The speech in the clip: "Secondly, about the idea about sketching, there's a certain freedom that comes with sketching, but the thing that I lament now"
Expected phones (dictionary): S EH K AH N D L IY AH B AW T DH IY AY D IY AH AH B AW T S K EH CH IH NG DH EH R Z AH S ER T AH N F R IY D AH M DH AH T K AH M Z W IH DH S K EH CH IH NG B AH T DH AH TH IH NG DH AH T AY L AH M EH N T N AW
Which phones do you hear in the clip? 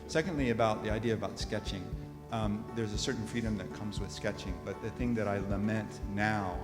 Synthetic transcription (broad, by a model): S EH K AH N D L IY AH B AW T DH IY AY D IY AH AH B AW T S K EH CH IH NG DH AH R Z AH S ER T N F R IY D AH M DH AH T K AH M Z W IH DH S K EH CH IH NG B AH T DH AH TH IH NG DH AH T AY L AH M EH N T N AW